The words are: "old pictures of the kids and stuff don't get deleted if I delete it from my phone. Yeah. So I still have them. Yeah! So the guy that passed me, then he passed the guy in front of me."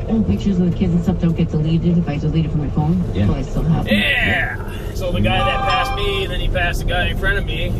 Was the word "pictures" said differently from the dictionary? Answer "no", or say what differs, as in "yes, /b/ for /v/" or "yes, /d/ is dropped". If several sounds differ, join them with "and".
no